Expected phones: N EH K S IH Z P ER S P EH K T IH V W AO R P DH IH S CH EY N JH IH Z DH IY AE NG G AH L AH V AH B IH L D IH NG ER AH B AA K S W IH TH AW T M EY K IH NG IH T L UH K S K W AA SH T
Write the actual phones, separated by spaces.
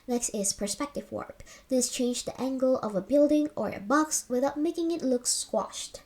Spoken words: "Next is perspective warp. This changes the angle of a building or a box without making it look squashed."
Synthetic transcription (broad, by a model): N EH K S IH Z P ER S P EH K T IH V W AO R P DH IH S CH EY N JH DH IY AE NG G AH L AH V AH B IH L D IH NG ER AH B AA K S W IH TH AW T M EY K IH NG IH T L UH K S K W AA SH T